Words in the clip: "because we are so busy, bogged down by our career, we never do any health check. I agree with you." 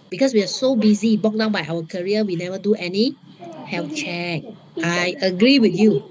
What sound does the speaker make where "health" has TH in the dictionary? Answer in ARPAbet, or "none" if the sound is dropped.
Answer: F